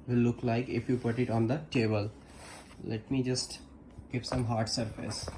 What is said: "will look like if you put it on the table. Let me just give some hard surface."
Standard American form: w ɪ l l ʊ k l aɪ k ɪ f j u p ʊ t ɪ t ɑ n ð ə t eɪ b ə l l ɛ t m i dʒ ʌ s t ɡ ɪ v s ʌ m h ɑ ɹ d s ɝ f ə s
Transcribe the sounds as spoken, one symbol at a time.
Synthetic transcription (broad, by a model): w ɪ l l ʊ k l aɪ k ɪ f j u p ʊ t ɪ t ɑ n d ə t eɪ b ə l l ɛ t m i dʒ ʌ s t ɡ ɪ p s ʌ m h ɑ ɹ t s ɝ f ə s